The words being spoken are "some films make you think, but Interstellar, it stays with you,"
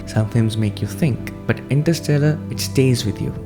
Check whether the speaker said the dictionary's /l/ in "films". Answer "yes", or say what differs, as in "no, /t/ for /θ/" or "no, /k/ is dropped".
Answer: no, /l/ is dropped